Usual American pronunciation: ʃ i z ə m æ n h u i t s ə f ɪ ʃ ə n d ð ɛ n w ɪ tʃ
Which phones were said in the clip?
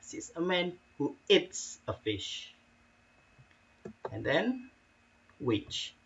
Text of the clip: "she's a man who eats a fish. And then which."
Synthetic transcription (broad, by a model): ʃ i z ə m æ n h u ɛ t s ə f ɪ ʃ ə n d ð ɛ n w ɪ tʃ